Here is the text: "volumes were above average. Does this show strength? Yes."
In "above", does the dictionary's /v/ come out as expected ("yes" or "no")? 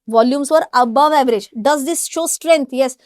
yes